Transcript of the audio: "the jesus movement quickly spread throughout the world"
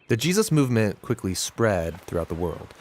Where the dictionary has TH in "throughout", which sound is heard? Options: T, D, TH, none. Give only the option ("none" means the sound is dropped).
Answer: TH